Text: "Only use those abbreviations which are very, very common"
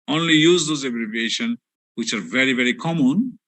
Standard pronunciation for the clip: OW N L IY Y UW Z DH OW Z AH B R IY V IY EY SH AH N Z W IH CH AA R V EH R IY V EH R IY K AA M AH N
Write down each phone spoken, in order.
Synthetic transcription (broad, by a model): OW N L IY Y UW Z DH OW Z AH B R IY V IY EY SH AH N W IH CH AA R V EH R IY V EH R IY K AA M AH N